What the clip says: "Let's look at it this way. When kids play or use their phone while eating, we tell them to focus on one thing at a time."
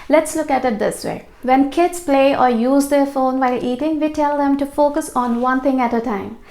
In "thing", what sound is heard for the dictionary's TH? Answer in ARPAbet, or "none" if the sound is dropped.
T